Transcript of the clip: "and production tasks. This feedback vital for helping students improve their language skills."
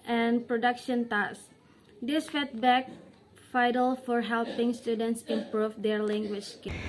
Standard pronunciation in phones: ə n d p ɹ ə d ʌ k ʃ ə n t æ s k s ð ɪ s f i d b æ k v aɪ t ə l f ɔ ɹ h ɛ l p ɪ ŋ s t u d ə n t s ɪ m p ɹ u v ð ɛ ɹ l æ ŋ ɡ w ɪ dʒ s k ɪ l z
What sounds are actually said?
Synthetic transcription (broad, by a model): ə n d p ɹ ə d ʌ k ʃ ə n t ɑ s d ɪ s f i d b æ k f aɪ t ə l f ɔ ɹ h ɛ l p ɪ ŋ s t u d ə n t s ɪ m p ɹ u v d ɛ ɹ l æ ŋ ɡ w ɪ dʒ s k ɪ